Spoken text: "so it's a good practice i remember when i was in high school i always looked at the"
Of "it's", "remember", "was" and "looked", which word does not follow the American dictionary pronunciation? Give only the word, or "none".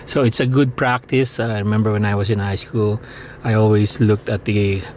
was